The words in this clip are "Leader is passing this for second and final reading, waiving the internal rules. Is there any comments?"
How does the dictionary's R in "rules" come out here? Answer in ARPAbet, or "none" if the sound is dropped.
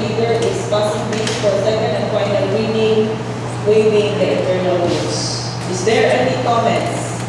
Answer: W